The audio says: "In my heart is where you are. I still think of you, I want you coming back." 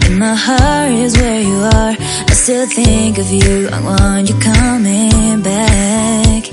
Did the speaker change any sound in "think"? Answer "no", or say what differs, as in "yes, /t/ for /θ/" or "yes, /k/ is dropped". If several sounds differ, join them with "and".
no